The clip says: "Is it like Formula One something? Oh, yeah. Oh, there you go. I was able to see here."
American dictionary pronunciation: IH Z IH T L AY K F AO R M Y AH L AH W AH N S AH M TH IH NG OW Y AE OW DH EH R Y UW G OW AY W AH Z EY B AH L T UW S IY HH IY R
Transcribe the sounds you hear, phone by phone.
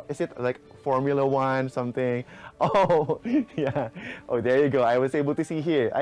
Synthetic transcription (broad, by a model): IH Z IH T L AY K F AO R M Y AH L AH W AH N S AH M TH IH NG OW Y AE OW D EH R Y UW G OW AY W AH S EY B AH L T UW S IY HH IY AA